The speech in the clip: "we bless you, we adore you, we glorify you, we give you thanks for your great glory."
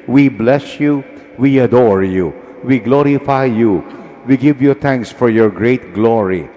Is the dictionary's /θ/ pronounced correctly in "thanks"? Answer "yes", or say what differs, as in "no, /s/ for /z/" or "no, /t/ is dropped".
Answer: no, /t/ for /θ/